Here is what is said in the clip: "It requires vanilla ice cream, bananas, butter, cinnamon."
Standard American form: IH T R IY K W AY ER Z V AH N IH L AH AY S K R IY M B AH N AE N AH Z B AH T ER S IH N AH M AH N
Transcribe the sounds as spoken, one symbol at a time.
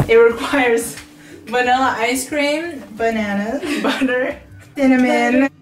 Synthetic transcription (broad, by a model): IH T R IY K W AY ER Z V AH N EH L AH AY S K R IY M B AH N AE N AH B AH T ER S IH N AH M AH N